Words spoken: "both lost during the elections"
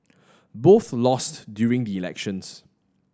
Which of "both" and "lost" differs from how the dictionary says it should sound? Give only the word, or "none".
none